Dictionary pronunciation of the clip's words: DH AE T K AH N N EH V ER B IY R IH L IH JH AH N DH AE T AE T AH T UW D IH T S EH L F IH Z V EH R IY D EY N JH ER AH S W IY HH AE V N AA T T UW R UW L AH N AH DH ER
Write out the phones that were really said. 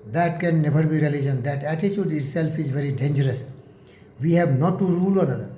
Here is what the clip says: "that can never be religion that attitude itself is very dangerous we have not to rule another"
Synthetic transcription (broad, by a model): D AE T K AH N N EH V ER B IY R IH L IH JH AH N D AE T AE T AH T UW D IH T S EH L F IH Z V EH R IY D EY N JH ER AH S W IY HH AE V N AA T T UW R UW L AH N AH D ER